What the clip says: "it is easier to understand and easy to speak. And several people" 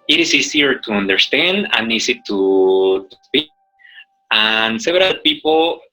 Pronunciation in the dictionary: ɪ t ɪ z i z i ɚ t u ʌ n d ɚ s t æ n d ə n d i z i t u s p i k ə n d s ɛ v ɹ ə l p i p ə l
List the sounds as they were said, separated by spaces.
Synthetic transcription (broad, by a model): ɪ t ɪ s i s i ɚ t u ʌ n d ɚ s t æ n d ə n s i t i t u s p i k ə n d s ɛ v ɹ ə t p i p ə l